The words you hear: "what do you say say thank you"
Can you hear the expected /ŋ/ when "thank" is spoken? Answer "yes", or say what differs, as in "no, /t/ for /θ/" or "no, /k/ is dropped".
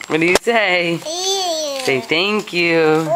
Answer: yes